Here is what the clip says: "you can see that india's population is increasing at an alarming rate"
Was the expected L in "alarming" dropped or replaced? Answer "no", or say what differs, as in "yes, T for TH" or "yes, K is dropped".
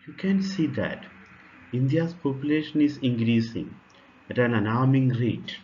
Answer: yes, N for L